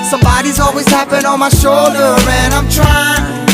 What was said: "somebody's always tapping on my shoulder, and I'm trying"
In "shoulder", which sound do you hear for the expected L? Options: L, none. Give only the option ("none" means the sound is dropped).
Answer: L